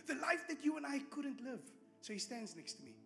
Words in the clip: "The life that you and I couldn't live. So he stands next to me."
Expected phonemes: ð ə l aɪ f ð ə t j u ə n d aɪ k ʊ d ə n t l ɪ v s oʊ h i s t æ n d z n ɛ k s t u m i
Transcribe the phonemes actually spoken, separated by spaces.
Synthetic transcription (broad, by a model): ð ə l aɪ f ð ə t j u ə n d aɪ k ʊ d ə n t l ɪ v s oʊ h i s t æ n d z n ɛ k s t u m i